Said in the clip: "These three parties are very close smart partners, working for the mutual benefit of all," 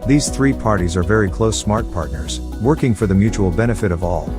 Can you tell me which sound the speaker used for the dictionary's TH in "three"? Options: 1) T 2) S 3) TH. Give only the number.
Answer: 3